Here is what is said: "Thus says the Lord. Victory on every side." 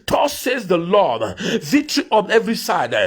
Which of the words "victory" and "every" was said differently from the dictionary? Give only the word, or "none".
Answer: victory